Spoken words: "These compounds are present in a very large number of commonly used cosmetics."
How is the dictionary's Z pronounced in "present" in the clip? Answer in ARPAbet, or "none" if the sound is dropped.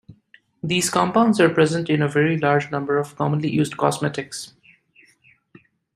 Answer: Z